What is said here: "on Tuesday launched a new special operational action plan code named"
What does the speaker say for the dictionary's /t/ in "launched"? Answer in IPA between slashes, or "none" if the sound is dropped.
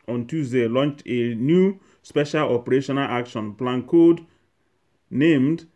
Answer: /t/